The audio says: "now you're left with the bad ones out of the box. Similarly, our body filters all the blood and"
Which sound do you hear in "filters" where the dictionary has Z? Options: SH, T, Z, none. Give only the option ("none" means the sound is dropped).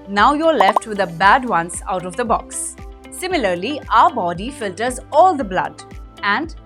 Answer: Z